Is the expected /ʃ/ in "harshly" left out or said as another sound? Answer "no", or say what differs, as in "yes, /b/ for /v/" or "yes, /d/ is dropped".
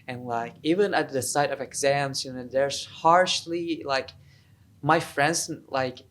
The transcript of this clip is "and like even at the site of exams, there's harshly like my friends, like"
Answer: no